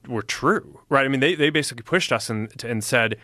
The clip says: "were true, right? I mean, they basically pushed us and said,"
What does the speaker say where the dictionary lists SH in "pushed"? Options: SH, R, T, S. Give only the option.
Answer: SH